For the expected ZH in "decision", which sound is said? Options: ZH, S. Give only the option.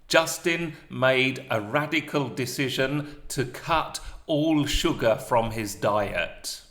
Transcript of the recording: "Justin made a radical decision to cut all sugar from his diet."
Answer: ZH